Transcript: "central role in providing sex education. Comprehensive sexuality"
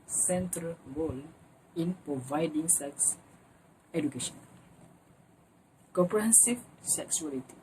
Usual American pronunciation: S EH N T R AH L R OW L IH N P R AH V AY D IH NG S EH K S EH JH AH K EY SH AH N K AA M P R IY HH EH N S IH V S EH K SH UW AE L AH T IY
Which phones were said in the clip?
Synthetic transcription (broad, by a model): S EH N T R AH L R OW L IH N P R AH V AY D IH NG S EH K S EH JH AH K EY SH AH N K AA P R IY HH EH N S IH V S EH K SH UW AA L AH T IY